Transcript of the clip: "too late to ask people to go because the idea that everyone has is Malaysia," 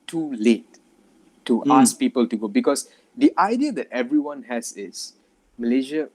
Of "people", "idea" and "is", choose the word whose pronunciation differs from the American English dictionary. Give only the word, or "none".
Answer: is